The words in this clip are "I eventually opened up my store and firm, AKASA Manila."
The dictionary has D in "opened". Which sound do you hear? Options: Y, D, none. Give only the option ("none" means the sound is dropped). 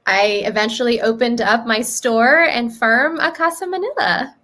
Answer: D